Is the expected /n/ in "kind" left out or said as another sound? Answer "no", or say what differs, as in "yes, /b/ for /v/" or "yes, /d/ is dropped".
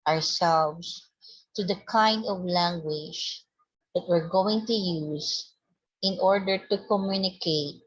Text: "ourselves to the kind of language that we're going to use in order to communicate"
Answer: no